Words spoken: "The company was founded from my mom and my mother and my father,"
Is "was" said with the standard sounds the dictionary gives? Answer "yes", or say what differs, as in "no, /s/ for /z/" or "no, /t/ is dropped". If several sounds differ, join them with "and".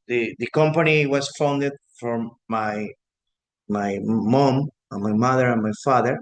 no, /s/ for /z/